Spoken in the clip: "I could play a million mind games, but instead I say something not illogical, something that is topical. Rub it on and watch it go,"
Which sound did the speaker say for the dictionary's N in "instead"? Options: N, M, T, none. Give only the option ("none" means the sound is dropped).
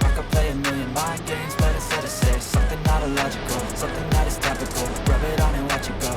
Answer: none